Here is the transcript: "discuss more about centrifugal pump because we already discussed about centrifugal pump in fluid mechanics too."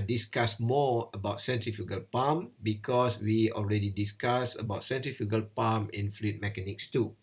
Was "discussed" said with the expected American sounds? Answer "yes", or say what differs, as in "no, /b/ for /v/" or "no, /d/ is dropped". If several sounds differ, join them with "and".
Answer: no, /t/ is dropped